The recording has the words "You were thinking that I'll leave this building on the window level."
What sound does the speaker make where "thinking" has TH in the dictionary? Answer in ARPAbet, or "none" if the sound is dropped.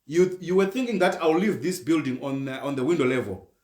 TH